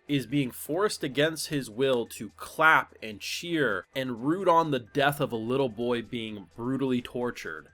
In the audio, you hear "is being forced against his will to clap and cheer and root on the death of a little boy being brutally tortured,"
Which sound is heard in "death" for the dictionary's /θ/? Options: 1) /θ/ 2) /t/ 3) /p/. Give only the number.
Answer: 1